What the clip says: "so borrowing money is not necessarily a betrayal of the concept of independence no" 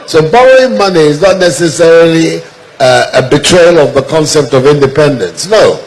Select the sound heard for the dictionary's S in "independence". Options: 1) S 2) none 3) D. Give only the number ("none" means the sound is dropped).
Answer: 1